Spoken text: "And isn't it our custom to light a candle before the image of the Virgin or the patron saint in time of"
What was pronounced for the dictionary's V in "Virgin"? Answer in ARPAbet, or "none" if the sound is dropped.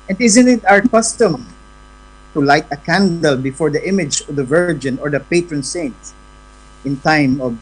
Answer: V